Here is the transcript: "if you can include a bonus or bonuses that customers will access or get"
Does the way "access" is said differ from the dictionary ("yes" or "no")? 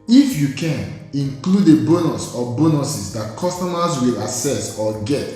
yes